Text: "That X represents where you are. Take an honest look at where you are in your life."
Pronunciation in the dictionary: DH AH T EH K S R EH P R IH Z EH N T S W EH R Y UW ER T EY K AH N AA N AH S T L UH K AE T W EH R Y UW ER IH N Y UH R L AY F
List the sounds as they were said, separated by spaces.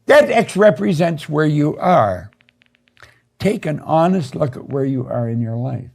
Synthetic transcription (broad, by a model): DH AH T EH K S R EH P R IH Z EH N T S W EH R Y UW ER T EY K AH N AA N AH S T L UH K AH T W EH R Y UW ER IH N Y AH R L AY F